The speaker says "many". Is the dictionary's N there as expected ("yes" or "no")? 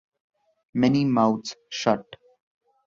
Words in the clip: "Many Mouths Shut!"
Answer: yes